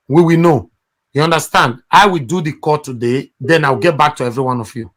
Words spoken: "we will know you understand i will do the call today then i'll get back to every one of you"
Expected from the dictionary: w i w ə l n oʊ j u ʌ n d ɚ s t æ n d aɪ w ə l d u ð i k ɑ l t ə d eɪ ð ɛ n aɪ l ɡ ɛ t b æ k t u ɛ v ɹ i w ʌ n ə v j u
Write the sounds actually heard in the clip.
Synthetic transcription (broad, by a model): w i w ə n oʊ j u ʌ n d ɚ s t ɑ n d aɪ w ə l d u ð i k ɑ t ə d eɪ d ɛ n aɪ w ɡ ɛ t b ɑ k t u ɛ v ɹ i w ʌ n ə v j u